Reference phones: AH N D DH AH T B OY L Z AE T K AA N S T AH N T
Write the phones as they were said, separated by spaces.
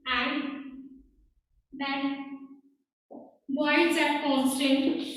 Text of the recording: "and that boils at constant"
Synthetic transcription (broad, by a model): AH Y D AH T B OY Z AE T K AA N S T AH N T